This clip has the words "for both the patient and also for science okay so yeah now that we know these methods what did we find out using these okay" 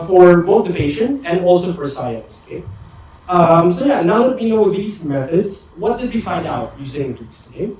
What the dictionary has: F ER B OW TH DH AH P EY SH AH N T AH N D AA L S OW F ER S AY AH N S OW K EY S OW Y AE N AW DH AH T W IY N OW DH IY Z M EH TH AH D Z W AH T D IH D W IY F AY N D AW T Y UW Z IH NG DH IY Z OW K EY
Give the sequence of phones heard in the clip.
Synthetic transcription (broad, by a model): F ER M OW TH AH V EY SH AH N AH N AA L S OW F ER S AY AH N S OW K EY S OW Y AE N AW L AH T W IY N OW DH IY Z M EH TH AH D Z W AH T D IH D W IY F AY N D AW T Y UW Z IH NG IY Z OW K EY